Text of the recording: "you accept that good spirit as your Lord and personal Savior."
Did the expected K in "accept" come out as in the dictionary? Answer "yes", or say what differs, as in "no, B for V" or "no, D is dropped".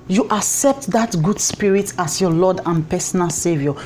yes